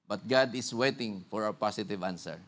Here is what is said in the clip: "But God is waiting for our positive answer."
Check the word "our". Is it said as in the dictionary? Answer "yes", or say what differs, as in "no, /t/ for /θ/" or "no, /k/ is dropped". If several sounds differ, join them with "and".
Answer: no, /w/ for /ɹ/